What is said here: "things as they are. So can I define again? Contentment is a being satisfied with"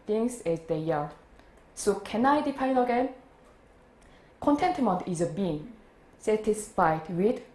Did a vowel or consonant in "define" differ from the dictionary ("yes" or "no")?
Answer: yes